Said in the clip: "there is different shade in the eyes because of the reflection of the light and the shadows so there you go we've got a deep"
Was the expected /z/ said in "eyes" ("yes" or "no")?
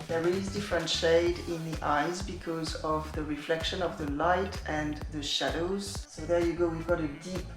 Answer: yes